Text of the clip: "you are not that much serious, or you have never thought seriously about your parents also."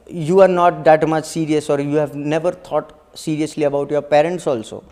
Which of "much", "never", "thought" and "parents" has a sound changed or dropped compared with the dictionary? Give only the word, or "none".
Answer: thought